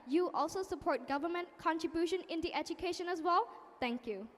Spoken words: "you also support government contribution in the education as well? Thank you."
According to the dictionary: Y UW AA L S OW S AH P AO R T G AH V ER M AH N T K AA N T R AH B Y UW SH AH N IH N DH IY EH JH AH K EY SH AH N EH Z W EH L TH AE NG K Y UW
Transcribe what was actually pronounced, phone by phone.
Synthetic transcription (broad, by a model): Y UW AA L S OW S AH P AO R T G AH V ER M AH N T K AA N T R AH B Y UW SH AH N IH N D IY EH JH AH K EY SH AH N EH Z W EH L T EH NG K Y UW